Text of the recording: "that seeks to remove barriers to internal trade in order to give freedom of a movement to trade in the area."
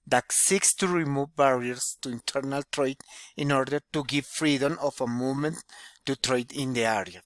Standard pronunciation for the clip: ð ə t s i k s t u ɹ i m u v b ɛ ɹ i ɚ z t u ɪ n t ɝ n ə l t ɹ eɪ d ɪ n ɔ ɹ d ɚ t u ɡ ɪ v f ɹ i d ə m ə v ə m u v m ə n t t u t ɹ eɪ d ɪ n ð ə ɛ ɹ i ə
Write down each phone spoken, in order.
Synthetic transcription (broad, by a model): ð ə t s i k s t u ɹ i m u v b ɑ ɹ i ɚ s t u ɪ n t ɝ n ə l t ɹ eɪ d ɪ n ɔ ɹ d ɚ t u ɡ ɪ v f ɹ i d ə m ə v ə m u m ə n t t u t ɹ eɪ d ɪ n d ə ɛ ɹ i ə